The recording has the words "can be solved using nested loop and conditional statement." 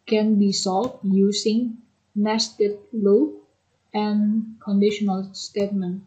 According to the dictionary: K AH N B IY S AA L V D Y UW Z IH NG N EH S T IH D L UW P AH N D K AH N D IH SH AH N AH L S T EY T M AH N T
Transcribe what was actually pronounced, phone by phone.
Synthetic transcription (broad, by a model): K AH N B IY S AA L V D Y UW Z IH NG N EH S T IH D L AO AH N K AH N D IH SH AH N AH L S T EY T M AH N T